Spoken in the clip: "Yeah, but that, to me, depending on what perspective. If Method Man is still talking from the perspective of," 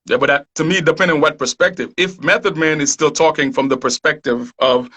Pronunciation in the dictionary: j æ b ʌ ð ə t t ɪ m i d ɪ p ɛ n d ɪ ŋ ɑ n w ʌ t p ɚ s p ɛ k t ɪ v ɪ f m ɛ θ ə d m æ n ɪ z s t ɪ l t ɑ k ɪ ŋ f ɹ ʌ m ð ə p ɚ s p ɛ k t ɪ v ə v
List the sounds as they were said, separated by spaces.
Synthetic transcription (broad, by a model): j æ b ʌ ð ə t t ɪ m i d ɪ p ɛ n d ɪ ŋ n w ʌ t p ɚ s p ɛ k t ɪ v ɪ f m ɛ θ ə d m æ n ɪ z s t ɪ l t ɑ k ɪ ŋ f ɹ ʌ m ð ə p ɚ s p ɛ k t ɪ v ə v